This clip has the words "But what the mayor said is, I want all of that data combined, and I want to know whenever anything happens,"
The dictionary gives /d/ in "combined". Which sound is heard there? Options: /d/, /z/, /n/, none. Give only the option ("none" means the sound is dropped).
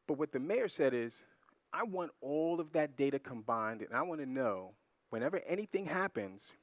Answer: /d/